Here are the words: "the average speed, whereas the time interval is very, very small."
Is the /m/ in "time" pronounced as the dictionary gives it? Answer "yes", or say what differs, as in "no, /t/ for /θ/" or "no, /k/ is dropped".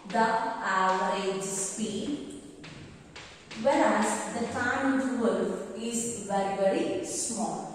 no, /m/ is dropped